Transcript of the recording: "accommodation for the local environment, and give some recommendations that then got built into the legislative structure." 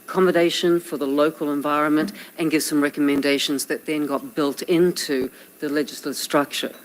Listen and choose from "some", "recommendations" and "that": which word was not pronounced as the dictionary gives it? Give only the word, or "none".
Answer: none